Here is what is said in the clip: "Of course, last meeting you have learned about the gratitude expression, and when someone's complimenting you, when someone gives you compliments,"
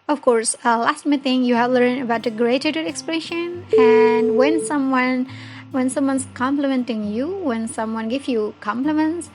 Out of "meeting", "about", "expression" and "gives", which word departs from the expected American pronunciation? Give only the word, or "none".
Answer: gives